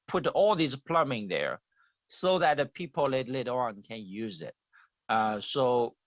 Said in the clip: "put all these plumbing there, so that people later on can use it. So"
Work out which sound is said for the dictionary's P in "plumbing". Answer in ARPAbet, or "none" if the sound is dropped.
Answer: P